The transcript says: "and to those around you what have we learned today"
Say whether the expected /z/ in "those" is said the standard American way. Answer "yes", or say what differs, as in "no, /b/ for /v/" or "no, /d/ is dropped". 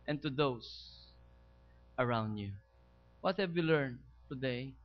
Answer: no, /s/ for /z/